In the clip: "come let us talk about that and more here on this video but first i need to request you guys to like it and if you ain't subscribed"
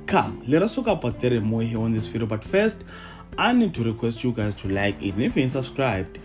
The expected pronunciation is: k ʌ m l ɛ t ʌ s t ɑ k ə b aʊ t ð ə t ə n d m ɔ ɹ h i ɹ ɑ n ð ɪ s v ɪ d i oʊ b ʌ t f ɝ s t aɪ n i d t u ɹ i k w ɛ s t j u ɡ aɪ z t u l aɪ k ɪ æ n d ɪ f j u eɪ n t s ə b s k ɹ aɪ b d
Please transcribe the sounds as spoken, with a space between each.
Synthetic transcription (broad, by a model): k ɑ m l ɛ t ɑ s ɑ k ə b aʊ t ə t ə m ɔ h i ɑ n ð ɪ s f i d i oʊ b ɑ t f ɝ s t aɪ n i d t u ɹ i k w ɛ s t j u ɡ aɪ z t u l aɪ k ɪ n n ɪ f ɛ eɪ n s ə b s k ɹ aɪ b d